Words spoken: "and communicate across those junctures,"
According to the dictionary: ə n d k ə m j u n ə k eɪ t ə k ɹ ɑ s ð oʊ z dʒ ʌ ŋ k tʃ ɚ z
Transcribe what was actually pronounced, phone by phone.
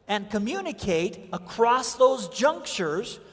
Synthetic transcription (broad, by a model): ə n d k ə m j u n ə k eɪ t ə k ɹ ɑ s ð oʊ z dʒ ʌ ŋ k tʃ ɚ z